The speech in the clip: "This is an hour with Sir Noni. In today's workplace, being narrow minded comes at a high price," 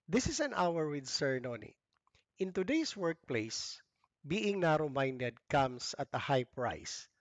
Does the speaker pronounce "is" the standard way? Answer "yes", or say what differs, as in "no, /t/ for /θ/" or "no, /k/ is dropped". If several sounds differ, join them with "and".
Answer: no, /s/ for /z/